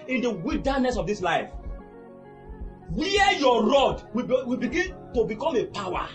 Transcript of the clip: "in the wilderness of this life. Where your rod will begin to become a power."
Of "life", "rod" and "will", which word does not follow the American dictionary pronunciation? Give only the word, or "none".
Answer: will